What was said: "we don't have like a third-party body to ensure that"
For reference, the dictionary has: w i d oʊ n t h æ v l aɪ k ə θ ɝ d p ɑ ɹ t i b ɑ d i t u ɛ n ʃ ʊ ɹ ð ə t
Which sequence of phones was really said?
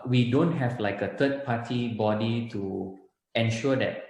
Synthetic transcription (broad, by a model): w i d oʊ n t h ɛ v l aɪ k ə t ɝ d p ɑ t i b ɑ d i t u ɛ n ʃ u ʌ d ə t